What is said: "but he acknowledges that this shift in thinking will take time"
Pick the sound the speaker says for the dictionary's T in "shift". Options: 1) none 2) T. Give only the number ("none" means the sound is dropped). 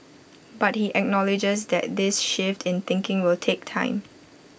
2